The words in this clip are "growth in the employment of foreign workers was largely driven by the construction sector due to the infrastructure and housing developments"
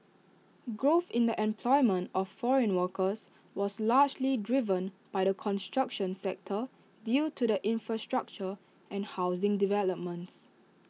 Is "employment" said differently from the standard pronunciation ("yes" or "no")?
no